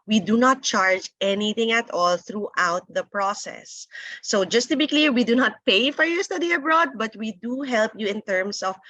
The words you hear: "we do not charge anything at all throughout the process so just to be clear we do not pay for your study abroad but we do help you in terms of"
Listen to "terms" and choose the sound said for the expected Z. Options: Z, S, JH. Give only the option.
S